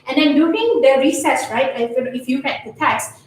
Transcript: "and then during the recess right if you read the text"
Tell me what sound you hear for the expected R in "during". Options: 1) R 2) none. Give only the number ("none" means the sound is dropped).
2